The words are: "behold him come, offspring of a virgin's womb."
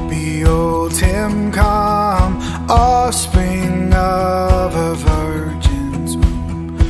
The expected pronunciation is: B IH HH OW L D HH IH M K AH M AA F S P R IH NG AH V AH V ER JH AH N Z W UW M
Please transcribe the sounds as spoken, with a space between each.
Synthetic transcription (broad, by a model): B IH OW L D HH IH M K AH M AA S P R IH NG AH V AH V ER JH AH N Z